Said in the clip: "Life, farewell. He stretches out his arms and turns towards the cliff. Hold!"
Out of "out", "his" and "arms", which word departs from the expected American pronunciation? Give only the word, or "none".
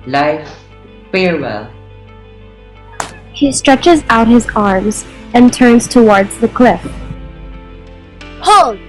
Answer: none